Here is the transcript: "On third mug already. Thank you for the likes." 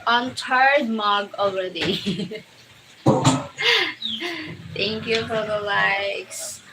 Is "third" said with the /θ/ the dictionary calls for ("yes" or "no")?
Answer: no